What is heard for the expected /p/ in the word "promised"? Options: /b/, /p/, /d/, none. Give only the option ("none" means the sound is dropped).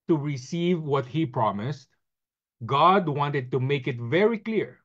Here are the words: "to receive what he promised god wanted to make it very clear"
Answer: /p/